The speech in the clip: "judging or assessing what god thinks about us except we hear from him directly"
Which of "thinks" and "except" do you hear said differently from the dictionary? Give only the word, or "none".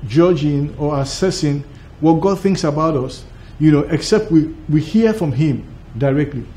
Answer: none